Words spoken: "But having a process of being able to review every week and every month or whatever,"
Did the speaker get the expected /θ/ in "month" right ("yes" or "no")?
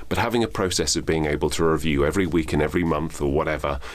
yes